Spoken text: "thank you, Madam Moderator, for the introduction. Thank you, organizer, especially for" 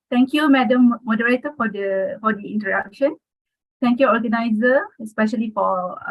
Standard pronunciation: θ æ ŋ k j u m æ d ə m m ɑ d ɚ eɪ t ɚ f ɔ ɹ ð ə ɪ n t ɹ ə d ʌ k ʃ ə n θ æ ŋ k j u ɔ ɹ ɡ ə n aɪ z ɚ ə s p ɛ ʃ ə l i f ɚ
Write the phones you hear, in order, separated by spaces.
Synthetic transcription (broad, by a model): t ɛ ŋ k j u m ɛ d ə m m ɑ d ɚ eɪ t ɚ f ɔ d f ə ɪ n t ə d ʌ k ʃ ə n t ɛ ŋ k j u ɔ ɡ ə n aɪ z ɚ ə s p ɛ ʃ ə l i f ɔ